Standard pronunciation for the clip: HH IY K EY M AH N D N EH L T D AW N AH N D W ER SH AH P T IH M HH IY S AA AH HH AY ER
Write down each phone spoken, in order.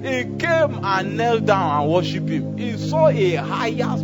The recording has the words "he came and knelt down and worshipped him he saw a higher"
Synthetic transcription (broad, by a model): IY K EY M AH N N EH L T D AW N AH N W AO SH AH P IH M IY S AA AH HH AY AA